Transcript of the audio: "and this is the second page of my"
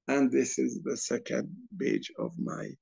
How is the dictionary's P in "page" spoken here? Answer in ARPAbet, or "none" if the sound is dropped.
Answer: B